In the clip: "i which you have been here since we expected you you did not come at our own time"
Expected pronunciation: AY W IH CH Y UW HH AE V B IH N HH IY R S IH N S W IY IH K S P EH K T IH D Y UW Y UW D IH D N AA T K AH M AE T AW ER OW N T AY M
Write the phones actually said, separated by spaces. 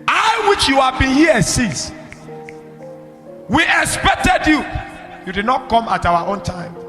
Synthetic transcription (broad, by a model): AY W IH CH Y UW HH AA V B IH N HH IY S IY S W IY IH K S P EH K T IH D Y UW Y UW D IH D N AA T K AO M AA T AW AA OW N T AY M